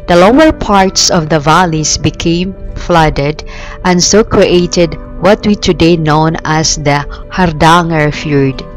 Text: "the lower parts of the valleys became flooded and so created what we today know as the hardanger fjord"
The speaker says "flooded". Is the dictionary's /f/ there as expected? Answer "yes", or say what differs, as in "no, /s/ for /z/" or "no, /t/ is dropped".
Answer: yes